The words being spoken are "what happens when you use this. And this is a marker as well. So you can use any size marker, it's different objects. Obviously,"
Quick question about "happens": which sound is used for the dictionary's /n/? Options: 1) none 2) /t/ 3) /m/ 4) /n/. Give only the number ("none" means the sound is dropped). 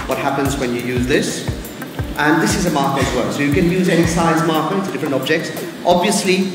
4